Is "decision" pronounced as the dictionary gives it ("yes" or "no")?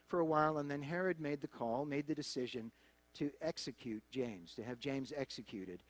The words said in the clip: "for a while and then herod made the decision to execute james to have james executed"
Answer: yes